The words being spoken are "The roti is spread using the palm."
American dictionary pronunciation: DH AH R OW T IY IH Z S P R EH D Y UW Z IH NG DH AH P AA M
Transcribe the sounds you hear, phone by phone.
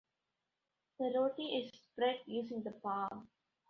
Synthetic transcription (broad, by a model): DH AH R OW T IY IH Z S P R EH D Y UW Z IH NG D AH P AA